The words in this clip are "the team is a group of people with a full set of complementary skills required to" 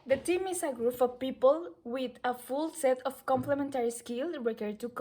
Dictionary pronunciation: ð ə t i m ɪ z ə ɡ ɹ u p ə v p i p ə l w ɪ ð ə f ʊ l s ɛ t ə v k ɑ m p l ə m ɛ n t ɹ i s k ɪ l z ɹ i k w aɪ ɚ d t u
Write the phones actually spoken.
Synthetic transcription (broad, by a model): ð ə t i m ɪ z ə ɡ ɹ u f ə p i p ə l w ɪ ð ə f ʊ l s ɛ t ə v k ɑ m p l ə m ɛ n t ɹ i s k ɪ l ɹ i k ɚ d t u